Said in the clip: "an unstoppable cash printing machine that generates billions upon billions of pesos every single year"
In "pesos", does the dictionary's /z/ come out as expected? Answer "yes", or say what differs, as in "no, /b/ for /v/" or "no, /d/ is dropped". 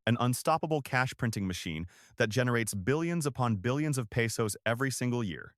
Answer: yes